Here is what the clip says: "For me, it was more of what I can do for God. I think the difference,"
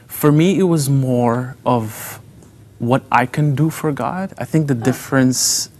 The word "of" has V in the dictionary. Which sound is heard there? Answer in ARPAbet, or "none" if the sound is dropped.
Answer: V